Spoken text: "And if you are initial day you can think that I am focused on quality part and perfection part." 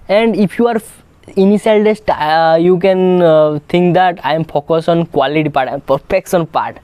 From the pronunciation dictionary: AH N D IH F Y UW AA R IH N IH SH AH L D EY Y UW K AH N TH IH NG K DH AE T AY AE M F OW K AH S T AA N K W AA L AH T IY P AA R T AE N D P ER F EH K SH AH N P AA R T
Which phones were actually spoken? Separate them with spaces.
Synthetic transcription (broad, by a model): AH N D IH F Y UW AA R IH N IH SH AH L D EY Y UW K AH N T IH NG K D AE T AY M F OW K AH S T AA N K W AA L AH T IY P AA R T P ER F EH K S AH N P AA R T